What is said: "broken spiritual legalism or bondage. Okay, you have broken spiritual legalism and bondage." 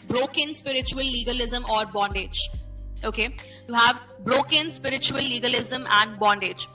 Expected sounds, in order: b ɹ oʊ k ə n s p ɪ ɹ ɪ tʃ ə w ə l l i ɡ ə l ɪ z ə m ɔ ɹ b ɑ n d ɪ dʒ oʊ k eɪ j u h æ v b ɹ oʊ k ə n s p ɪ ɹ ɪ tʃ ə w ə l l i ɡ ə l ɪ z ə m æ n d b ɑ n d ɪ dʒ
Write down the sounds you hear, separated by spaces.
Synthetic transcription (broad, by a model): b ɹ oʊ k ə n s p ɪ ɹ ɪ tʃ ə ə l l i ɡ ə l ɪ z ə m ɔ ɹ b ɑ n d ɪ dʒ oʊ k eɪ j u h æ v b ɹ oʊ k ə n s p ɪ ɹ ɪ tʃ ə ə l l i ɡ ə l ɪ z ə m æ n d b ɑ n d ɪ dʒ